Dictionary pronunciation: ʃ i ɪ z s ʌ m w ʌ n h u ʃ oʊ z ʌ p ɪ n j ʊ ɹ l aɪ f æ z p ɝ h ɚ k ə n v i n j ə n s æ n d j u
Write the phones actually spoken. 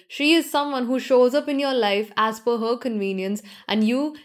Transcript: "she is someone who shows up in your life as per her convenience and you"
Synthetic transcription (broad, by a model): ʃ i ɪ z s ʌ m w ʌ n h u ʃ oʊ z ʌ p ɪ n j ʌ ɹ l aɪ f æ z f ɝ h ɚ k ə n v i n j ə n s æ n d j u